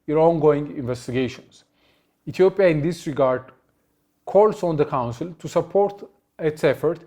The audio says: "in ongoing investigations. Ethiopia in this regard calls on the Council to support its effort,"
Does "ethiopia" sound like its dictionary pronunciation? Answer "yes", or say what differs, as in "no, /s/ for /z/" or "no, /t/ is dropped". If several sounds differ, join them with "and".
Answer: no, /t/ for /θ/